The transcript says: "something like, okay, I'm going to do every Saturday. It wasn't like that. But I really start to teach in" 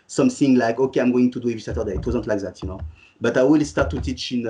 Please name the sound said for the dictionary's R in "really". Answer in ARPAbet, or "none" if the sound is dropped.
W